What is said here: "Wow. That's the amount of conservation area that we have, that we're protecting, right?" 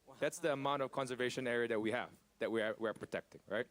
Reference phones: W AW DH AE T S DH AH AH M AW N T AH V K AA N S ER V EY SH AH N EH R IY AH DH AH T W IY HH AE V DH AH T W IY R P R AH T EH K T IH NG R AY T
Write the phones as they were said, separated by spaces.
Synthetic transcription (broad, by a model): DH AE T S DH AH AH M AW N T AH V K AA N S ER V EY SH AH N EH R IY AH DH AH T W IY HH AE V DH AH T W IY W P R AH T EH K T IH NG R AY T